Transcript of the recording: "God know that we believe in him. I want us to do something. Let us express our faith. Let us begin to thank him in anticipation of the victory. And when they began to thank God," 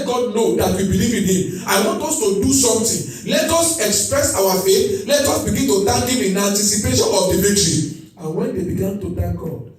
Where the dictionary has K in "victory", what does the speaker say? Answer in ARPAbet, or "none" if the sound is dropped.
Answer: none